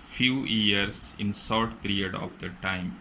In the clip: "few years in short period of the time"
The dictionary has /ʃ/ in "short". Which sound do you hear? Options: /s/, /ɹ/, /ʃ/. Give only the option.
/s/